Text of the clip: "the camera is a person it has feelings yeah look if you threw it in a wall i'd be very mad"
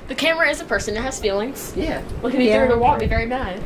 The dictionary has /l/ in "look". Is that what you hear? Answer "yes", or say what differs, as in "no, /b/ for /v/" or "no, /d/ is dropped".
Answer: no, /w/ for /l/